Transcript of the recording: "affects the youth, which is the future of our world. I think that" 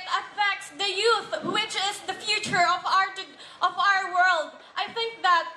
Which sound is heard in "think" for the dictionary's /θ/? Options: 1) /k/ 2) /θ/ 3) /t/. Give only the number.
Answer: 2